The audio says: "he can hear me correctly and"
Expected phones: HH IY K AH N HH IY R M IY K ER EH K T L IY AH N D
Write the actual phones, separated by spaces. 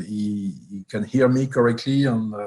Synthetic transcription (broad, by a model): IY K AH N HH IY R M IY K ER EH K T L IY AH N